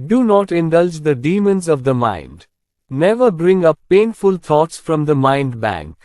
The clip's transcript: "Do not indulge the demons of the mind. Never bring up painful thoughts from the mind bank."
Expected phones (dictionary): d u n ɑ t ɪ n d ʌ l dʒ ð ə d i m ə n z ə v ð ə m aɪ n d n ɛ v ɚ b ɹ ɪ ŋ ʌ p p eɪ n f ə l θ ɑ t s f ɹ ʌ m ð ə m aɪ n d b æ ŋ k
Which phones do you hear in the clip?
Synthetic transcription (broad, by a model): d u n ɑ t ɪ n d ʌ l dʒ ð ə d i m ə n z ə v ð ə m aɪ n d n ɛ v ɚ b ɹ ɪ ŋ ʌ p p eɪ n f ə l t ɑ t s f ɹ ʌ m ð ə m aɪ n d b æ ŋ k